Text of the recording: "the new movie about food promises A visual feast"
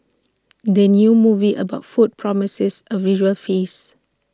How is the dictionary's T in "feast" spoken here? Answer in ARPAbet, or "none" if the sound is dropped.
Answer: none